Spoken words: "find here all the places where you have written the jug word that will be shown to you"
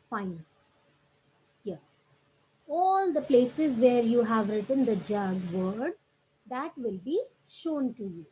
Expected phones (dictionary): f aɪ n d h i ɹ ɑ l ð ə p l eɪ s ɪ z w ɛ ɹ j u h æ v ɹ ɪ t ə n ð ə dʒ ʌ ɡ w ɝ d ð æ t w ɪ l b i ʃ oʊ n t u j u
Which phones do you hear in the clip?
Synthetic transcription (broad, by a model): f aɪ n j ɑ ɑ l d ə p l eɪ s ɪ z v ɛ ɹ j u h æ v ɹ ɪ t ə n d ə dʒ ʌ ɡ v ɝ d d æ t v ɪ l b i ʃ oʊ n t u j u